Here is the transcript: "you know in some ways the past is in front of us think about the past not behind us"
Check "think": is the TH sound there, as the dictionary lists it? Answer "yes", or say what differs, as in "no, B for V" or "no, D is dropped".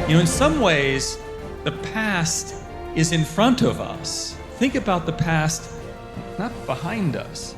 yes